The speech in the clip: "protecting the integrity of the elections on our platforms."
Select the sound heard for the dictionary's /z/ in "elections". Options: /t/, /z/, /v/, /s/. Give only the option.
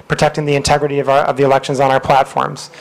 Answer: /z/